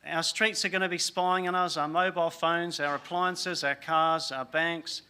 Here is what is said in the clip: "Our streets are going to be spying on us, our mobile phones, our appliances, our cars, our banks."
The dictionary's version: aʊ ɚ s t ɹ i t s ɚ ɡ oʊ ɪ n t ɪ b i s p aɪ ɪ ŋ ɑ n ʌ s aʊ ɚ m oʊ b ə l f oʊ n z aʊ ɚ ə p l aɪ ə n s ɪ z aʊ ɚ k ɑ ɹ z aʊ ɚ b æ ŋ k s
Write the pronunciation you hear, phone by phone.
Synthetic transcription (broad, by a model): aʊ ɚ s t ɹ i t s ɚ ɡ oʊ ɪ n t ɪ b i s p aɪ ɪ ŋ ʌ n ʌ s aʊ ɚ m oʊ b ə l f oʊ n z aʊ ɚ ə p l aɪ ə n s ɪ z aʊ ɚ k ɑ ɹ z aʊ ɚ b æ ŋ k s